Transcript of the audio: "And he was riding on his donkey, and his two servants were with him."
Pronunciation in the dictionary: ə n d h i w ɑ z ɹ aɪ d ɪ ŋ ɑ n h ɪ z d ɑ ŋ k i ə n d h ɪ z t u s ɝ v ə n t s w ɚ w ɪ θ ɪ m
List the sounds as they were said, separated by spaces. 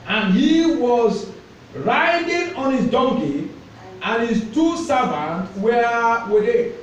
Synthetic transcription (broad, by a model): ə n h i w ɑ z ɹ aɪ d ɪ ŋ ɑ n h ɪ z d ɑ ŋ k i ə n h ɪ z t u s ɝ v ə n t w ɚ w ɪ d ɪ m